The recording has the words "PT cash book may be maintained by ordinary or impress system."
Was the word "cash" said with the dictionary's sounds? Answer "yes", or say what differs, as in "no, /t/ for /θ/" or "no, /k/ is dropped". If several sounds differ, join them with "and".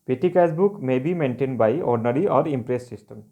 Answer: no, /s/ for /ʃ/